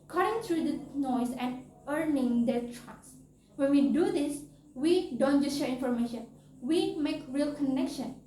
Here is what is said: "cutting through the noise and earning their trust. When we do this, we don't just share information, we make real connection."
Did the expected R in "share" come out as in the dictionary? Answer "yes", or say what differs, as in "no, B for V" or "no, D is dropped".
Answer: yes